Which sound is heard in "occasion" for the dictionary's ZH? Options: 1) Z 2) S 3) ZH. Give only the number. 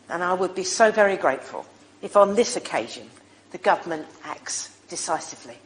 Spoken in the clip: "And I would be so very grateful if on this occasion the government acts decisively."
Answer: 3